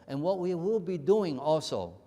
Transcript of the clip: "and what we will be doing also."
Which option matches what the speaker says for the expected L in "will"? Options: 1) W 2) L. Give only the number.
2